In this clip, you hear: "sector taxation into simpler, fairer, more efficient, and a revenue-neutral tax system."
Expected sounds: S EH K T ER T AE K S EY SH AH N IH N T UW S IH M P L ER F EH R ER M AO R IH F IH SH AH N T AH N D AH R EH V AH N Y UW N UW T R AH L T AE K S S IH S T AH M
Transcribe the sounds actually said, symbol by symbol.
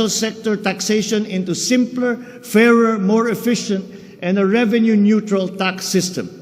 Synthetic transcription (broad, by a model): S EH K T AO T AE K S EY SH AH N IH N T UW S IH M P L ER F EH R ER M AO R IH F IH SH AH N T AH N D AH R EH V AH N Y UW N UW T R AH L T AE K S S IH S T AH M